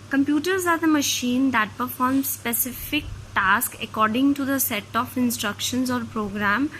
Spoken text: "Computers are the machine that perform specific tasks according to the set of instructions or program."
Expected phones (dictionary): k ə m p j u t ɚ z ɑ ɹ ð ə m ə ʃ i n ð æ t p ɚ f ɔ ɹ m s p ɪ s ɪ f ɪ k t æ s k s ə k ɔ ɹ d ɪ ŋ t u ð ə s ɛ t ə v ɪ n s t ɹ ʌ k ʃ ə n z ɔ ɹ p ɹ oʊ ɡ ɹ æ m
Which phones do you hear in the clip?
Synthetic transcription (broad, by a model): k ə m p j u t ɚ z ɑ ɹ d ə m ə ʃ i n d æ t p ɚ f ɔ ɹ m s p ɪ s ɪ f ɪ k t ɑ s k ə k ɔ ɹ d ɪ ŋ t u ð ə s ɛ t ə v ɪ n s t ɹ ʌ k ʃ ə n z ɔ ɹ p ɹ oʊ ɡ ɹ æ m